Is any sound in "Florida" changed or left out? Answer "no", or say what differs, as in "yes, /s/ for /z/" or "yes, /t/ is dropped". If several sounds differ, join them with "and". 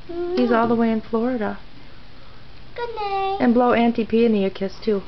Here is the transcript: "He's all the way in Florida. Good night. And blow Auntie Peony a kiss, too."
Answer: no